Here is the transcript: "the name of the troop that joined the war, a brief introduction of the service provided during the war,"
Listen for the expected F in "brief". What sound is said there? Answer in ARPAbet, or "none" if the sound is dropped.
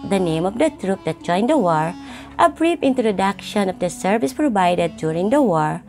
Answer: P